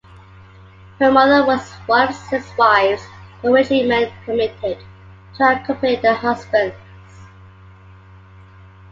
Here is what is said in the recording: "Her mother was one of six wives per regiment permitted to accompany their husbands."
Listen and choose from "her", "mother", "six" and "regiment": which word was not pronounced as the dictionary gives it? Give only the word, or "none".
regiment